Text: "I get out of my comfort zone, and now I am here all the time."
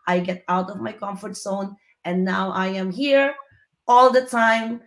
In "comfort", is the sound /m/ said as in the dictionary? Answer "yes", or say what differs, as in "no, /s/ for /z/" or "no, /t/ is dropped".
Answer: yes